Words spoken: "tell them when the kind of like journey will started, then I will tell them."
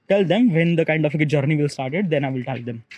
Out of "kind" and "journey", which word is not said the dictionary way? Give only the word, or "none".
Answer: none